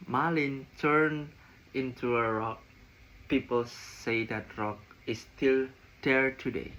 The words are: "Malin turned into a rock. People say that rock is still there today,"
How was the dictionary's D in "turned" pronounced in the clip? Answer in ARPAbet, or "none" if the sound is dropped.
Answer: none